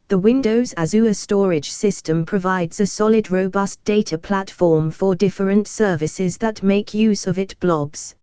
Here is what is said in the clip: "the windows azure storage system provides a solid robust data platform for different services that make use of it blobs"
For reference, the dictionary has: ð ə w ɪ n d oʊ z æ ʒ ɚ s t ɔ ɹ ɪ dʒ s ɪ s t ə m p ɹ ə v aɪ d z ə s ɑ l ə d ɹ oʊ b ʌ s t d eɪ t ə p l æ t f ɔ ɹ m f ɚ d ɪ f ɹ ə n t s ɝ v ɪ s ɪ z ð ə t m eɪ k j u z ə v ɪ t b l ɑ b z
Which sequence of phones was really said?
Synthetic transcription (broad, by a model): ð ə w ɪ n d oʊ z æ z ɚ s t ɔ ɹ ɪ dʒ s ɪ s t ə m p ɹ ə v aɪ d z ə s ɑ l ə d ɹ oʊ b ʌ s d eɪ t ə p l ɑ t f ɔ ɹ m f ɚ d ɪ f ɹ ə n t s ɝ v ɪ s ɪ z ð ə t m eɪ k j u z ə v ɪ t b l ɑ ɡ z